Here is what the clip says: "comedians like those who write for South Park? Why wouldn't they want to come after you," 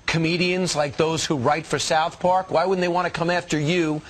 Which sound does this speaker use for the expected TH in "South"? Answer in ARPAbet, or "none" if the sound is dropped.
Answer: TH